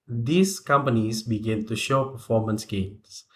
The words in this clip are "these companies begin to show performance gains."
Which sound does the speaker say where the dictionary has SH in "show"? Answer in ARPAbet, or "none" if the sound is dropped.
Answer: SH